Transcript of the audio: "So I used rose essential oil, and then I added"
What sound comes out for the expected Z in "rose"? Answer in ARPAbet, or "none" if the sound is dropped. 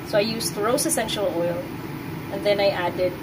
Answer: S